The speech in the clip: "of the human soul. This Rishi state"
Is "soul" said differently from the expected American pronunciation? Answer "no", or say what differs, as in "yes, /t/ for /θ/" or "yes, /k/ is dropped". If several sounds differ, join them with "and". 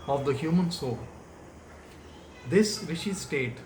no